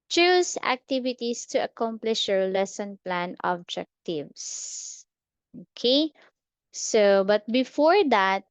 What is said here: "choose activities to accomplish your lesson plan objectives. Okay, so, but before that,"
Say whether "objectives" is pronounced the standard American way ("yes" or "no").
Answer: no